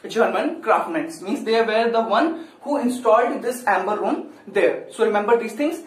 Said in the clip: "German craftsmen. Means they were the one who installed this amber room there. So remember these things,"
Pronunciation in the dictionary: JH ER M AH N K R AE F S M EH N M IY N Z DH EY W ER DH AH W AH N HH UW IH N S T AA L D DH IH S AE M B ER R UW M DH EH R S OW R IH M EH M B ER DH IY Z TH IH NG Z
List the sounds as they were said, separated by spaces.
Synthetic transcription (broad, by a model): JH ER M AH N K R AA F M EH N M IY N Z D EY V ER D AH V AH N HH UW IH N S T AA L D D IH S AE M B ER R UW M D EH R S OW R IH M EH M B ER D IY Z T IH NG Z